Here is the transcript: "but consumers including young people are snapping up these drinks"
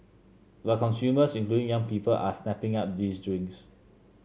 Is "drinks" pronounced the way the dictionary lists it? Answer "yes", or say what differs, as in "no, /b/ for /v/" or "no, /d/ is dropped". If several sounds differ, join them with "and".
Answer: no, /k/ is dropped